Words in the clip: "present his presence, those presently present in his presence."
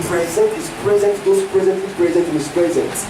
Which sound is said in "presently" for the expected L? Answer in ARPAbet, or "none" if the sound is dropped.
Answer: none